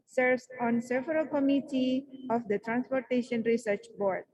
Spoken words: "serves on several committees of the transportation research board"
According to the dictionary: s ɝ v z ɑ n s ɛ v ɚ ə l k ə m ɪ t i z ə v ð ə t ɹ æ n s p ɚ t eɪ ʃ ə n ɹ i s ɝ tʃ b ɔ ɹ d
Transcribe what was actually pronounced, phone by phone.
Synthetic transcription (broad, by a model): s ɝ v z ɑ n s ɛ v ɚ ə l k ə m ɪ t i ə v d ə t ɹ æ n s p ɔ t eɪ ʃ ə n ɹ i s ɝ tʃ b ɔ ɹ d